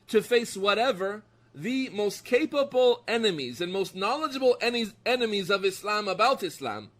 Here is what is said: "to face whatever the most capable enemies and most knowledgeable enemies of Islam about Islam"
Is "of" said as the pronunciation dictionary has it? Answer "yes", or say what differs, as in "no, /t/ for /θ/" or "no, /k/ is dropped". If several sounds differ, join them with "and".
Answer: yes